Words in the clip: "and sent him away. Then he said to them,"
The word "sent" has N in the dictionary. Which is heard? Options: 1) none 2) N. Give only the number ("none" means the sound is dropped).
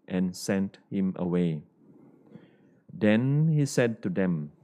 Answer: 2